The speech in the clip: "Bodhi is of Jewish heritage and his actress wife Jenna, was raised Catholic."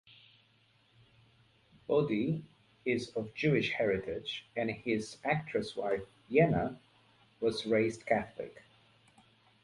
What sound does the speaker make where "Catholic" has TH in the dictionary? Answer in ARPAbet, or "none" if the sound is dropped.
TH